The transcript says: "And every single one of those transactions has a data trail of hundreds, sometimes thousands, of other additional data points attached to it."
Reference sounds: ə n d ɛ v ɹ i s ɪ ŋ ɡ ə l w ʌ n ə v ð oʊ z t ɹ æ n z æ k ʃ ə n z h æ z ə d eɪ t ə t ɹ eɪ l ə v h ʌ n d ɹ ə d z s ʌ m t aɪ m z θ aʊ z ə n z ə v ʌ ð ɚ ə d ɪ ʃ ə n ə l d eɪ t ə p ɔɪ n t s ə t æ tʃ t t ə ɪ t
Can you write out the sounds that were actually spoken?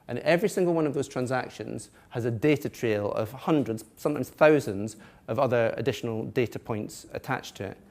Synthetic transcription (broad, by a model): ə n ɛ v ɹ i s ɪ ŋ ɡ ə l w ʌ n ə v ð oʊ z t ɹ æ n z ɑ k ʃ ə n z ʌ z ə d eɪ t ə t ɹ eɪ l ə v h ʌ n d ɹ ə d z s ʌ m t aɪ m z θ aʊ z ə n z ə v ʌ ð ɚ ə d ɪ ʃ ə n ə l d eɪ t ə p ɔɪ n t s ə t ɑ tʃ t t ə ɪ t